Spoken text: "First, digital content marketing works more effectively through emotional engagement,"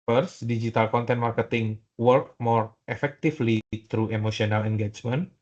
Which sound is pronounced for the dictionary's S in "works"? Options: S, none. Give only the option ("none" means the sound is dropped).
none